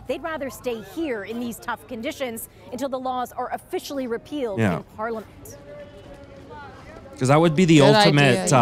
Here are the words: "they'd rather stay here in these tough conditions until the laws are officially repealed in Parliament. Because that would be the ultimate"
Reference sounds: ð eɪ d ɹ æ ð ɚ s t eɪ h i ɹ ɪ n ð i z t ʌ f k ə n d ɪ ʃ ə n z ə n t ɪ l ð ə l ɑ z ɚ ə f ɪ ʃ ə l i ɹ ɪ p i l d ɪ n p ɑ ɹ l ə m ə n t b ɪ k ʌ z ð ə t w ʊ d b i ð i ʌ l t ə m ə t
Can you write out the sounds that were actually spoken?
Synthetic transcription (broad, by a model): ð eɪ d ɹ æ ð ɚ s t eɪ h i ɹ ɪ n ð i z t ʌ f k ə n d ɪ ʃ ə n z ə n t ɪ l ð ə l ɑ z ɚ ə f ɪ ʃ l i ɹ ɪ p i l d ɪ n p ɑ ɹ l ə m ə n t k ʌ z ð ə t w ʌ d b i ð i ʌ l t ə m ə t